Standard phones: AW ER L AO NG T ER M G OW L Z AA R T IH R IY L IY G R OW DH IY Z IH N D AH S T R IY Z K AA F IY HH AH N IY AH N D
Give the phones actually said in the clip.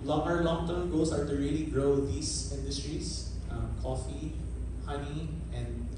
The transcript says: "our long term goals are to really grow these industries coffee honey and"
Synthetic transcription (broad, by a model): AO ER L AO NG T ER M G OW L S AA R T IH R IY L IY G R OW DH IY S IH N D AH S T R IY S K AA F IY HH AH N IY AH N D